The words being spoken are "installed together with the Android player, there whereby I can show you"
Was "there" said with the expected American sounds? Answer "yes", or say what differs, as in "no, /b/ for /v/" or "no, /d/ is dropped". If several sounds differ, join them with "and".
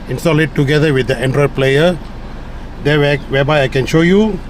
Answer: no, /w/ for /ɹ/